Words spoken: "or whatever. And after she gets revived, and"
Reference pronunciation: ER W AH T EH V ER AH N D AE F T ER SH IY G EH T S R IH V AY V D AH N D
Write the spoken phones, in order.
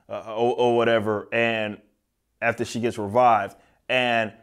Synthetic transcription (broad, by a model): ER W AH T EH V ER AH N AE F T ER SH IY G EH T S R IH V AY V D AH N